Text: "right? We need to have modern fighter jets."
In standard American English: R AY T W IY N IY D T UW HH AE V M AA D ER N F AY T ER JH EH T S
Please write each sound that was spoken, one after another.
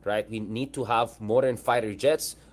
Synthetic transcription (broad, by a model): R AY T W IY N IY D T UW HH AE V M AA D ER N F AY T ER JH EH T S